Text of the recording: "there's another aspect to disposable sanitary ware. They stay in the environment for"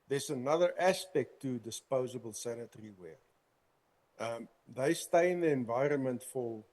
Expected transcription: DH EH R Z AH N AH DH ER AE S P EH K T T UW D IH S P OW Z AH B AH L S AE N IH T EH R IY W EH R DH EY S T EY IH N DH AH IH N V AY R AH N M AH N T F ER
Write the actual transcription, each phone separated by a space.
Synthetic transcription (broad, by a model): DH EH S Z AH N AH DH ER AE S P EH K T T UW D IH S P OW Z AH B AH L S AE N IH T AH R IY W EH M DH EY S T EY IH N DH AH IH N V AY R AH N M AH N T F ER